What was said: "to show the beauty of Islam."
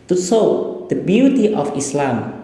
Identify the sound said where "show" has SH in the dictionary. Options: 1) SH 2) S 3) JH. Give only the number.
2